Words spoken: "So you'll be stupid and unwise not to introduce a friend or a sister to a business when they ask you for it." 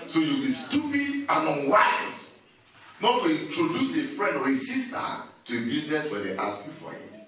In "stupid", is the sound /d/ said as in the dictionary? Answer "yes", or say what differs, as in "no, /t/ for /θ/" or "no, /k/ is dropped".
yes